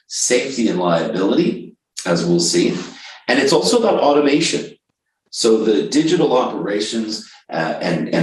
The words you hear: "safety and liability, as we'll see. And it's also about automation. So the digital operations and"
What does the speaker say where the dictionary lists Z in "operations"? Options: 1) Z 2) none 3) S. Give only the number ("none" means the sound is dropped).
1